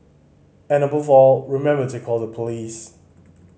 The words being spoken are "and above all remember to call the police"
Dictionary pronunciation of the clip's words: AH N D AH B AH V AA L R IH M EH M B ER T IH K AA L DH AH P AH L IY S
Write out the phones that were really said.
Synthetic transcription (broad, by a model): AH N AH B AH V AA L R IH M EH M B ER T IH K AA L DH AH P AH L IY S